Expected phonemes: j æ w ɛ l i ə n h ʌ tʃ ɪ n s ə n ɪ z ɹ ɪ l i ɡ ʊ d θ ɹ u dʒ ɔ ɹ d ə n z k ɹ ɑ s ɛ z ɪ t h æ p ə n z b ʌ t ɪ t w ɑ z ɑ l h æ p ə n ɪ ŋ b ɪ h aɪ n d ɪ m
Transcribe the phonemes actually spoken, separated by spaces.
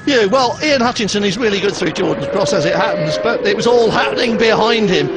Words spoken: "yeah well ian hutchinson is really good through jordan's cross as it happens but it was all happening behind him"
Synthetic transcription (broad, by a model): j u w ɛ l i ə n h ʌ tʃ ɪ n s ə n ɪ z ɹ ɪ l i ɡ ʊ d θ ɹ u dʒ ɔ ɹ d n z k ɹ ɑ s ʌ z ɪ t h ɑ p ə n z b ʌ t ɪ t w ɑ z ɑ l h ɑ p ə n ɪ ŋ b ɪ h aɪ n d ɪ m